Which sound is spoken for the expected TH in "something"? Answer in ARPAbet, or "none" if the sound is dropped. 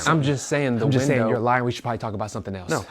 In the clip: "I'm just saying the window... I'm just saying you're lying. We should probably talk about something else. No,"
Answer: TH